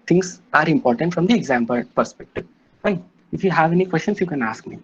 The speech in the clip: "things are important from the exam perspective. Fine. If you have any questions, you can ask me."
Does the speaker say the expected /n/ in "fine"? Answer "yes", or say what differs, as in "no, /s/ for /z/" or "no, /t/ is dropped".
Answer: no, /n/ is dropped